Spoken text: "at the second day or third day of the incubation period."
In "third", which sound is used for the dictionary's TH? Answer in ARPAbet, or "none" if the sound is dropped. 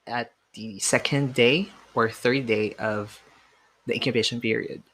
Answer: TH